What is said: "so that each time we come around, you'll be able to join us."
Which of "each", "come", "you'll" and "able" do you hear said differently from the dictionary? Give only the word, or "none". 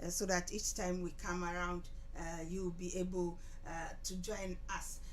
you'll